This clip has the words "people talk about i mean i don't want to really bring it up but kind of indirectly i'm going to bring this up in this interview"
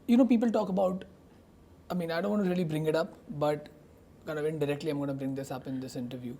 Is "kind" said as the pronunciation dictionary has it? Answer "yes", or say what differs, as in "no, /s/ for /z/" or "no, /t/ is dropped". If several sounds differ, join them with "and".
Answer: no, /d/ is dropped